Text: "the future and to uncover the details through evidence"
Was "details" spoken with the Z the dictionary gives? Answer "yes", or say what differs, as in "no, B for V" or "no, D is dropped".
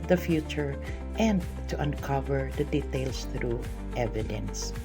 no, S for Z